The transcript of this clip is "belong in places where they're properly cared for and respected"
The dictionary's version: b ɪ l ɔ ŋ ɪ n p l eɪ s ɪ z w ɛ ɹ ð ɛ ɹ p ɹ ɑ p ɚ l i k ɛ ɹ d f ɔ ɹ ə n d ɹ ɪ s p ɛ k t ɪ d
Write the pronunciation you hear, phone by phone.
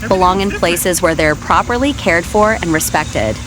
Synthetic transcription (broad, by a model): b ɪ l ɔ ŋ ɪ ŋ p l eɪ s ɪ z w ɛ ɹ ð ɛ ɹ p ɹ ɑ p ɚ l i k ɛ ɹ d f ɔ ɹ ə n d ɹ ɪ s p ɛ k t ɪ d